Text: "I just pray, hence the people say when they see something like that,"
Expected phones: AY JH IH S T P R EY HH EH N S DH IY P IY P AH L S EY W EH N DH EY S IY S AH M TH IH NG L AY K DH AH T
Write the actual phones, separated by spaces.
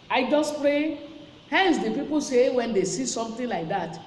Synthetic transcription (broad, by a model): AY JH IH S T P R EY HH EH N S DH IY P IY P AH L S EY W EH N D EY S IY S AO M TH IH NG L AY K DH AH T